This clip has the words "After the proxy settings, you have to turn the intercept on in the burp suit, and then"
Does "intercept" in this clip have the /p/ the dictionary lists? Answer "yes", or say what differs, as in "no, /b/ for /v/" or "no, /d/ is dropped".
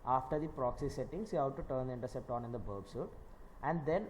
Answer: yes